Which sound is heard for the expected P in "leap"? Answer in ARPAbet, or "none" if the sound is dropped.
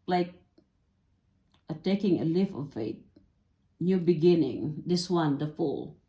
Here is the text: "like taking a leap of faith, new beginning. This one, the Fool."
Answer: F